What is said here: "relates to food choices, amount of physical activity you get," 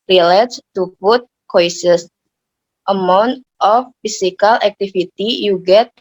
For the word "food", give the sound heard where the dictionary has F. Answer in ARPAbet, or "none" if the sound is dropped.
P